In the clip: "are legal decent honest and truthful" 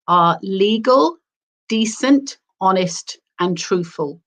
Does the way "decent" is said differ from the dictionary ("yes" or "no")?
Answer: no